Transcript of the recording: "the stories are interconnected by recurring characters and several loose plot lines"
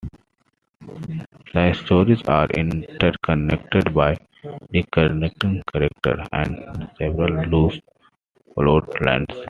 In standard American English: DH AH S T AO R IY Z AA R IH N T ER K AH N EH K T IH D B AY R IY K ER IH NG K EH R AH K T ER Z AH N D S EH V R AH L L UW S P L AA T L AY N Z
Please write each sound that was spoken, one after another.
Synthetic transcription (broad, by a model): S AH S T AO R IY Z AA R IH N T ER K AH N EH K T IH D B AY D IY K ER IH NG K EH R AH K T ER AH N D S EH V R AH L L UW S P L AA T L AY N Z